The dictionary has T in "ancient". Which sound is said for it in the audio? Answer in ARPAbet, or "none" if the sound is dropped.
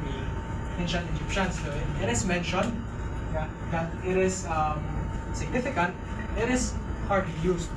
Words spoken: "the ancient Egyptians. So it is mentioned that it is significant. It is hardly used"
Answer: none